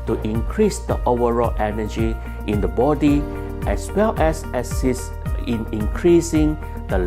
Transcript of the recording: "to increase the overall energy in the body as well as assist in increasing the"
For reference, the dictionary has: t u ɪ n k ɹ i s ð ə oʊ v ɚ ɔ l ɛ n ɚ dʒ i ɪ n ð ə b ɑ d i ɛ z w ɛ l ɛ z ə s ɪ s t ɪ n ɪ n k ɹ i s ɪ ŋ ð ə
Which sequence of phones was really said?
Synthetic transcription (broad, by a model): t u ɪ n k ɹ i s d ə oʊ v ɚ ɔ l ɛ n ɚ dʒ i ɪ n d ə b ɑ d i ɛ s w ɛ l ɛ s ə s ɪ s ɪ n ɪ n k ɹ i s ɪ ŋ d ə